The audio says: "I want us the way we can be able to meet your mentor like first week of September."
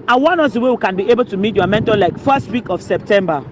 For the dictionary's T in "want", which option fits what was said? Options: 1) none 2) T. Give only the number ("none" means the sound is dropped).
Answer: 1